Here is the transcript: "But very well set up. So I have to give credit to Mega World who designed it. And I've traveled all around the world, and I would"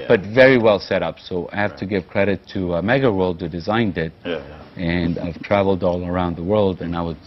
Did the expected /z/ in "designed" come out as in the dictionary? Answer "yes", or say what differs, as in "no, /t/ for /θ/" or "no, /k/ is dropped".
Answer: yes